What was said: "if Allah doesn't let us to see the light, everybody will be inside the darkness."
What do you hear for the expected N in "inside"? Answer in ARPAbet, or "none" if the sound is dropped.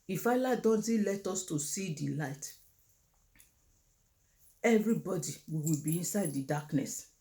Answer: N